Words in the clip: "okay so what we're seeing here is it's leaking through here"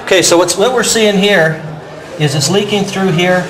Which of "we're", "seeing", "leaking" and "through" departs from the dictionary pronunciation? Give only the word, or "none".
none